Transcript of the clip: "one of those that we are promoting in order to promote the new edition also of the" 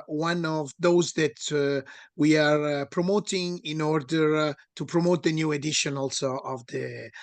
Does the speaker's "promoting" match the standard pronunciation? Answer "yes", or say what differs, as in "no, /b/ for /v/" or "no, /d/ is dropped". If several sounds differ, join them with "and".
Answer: yes